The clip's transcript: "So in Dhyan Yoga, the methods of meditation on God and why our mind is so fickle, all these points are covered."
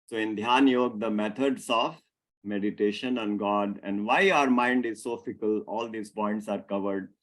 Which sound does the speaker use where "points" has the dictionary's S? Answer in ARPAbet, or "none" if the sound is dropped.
S